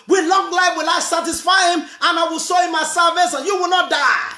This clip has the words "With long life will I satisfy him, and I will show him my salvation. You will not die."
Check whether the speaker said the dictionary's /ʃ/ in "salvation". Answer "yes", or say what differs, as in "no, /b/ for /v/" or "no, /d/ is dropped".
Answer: no, /s/ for /ʃ/